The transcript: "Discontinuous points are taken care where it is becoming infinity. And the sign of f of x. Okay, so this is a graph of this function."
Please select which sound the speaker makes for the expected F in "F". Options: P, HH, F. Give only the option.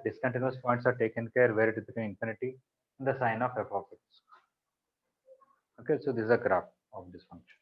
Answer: P